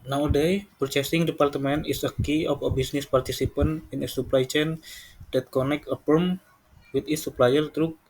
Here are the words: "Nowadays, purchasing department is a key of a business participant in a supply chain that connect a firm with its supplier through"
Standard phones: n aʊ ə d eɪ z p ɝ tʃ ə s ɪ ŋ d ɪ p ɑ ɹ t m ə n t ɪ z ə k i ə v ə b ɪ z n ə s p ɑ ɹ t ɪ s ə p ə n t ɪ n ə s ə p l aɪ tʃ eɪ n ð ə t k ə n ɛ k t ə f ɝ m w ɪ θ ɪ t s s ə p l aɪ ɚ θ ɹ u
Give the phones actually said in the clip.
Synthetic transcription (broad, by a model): n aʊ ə d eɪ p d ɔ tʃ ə s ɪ ŋ d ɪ p ɑ ɹ t m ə n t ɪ s ə k i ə f ə b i s n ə s p ɑ ɹ t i s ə p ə n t ɪ n ə s ə p l aɪ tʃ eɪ n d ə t k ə n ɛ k ə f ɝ m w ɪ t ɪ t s s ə p l aɪ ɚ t ɹ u